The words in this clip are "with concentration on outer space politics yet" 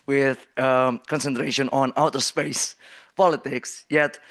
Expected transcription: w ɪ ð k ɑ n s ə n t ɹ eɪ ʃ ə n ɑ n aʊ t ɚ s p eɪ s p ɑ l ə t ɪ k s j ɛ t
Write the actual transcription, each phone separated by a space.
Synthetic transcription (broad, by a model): w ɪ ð k ɑ n s ə n t ɹ eɪ ʃ ə n ɑ n aʊ t ɚ s p eɪ s p ɑ l ə t ɪ k s j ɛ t